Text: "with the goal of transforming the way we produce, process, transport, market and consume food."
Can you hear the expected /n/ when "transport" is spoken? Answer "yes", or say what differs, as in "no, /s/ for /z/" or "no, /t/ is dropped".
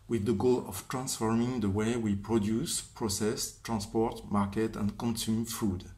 yes